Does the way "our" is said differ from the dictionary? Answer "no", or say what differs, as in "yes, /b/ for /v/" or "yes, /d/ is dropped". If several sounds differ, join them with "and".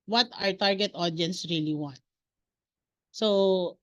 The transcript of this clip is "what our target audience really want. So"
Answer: no